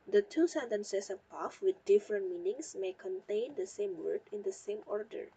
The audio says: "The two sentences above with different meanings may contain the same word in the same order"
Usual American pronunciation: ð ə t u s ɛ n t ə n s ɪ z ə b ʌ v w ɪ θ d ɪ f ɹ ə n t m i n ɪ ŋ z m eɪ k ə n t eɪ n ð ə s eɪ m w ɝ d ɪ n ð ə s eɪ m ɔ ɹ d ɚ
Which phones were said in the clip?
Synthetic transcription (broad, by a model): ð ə t u s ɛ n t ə n s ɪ s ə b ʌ f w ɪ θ d ɪ f ɹ ə n t m i n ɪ ŋ s m eɪ k ə n t eɪ n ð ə s eɪ m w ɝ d ɪ n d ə s eɪ m ɔ ɹ d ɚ